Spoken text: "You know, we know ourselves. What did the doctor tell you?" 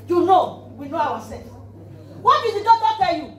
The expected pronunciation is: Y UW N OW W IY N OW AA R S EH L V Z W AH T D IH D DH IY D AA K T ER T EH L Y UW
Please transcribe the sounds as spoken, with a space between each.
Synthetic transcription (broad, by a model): Y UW N OW W IY N OW AA W S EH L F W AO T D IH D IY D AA T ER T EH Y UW